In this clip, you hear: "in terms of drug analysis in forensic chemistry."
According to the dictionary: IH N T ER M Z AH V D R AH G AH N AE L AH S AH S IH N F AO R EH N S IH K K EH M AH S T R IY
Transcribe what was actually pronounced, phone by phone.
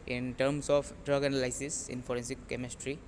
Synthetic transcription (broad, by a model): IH N T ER M S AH P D R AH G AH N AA L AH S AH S IH N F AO R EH N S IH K K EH M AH S T R IY